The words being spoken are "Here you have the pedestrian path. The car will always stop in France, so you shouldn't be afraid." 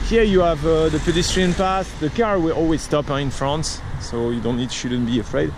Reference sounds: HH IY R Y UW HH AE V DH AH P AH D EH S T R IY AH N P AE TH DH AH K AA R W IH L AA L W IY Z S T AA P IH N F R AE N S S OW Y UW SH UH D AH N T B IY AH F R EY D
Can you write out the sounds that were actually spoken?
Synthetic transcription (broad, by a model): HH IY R Y UW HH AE V DH AH P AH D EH S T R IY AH N P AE S DH AH K AA R W IH L AA L W IY Z S T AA P IH N F R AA N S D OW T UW SH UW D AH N B IY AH F R EY D